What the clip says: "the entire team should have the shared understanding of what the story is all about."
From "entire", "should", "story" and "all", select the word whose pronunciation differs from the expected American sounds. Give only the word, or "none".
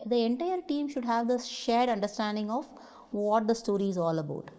none